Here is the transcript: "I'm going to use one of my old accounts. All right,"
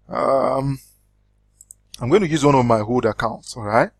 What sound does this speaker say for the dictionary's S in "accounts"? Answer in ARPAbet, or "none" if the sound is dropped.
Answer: S